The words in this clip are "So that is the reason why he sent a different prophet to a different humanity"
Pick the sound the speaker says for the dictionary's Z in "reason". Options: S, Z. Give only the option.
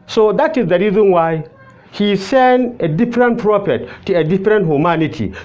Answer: Z